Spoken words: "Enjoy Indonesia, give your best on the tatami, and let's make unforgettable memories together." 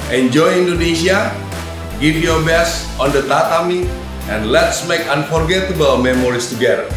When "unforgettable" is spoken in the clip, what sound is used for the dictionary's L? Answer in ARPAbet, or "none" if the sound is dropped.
W